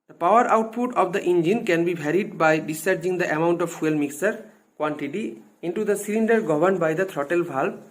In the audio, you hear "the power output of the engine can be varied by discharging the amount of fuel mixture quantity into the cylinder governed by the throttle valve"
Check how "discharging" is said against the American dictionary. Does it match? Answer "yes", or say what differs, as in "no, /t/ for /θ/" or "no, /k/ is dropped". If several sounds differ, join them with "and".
no, /tʃ/ is dropped